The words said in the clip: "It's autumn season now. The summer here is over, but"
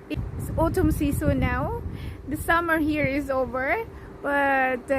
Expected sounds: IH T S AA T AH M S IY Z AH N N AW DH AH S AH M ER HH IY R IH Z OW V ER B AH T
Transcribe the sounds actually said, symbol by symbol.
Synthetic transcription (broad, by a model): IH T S AA T AH M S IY S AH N N AW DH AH S AH M ER HH IY R IH Z OW V ER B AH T